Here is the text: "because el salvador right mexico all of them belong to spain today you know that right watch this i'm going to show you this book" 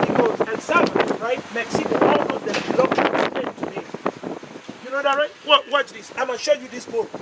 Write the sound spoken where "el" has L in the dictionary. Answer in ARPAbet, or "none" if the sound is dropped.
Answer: N